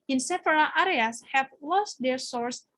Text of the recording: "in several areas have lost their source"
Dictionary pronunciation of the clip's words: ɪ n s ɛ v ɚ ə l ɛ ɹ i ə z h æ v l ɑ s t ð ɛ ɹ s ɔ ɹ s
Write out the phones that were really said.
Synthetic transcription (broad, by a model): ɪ n s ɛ f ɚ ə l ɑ ɹ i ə s h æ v l ɑ s t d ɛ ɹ s ɔ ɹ s